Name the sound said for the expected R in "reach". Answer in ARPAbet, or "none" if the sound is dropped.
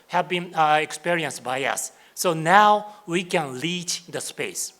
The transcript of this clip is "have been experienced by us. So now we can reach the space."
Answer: L